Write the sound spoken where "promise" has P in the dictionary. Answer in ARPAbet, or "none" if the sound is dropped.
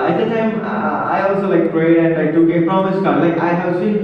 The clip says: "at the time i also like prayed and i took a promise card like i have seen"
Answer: F